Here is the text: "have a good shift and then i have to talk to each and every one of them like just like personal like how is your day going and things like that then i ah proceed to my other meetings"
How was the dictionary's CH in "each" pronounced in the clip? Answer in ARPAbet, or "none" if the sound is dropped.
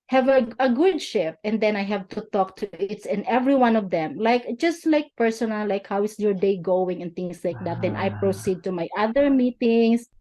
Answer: S